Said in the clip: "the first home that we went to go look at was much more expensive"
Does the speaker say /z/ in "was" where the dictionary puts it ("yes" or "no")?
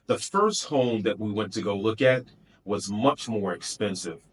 yes